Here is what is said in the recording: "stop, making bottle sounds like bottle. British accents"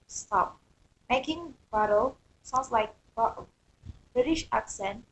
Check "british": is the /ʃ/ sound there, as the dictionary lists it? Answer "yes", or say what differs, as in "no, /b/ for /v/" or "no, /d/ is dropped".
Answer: yes